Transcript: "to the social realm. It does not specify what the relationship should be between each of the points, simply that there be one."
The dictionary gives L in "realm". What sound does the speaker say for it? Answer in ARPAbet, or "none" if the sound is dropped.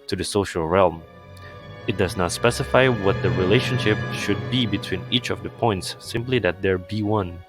L